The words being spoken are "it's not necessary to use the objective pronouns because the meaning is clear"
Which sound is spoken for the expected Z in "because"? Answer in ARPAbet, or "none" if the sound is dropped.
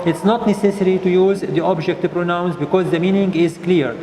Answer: Z